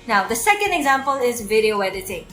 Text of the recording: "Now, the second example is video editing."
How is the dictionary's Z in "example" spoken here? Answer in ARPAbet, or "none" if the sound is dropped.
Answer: Z